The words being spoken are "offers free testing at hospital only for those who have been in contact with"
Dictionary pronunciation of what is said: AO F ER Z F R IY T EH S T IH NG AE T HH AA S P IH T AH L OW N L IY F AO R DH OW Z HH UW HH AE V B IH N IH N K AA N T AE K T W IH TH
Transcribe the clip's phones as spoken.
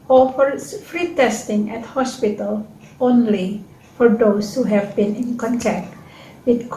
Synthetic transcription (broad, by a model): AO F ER F R IY T EH S T IH NG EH T HH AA S P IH T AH L OW N L IY F AO R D OW S HH UW HH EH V B IH N IH N K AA N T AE K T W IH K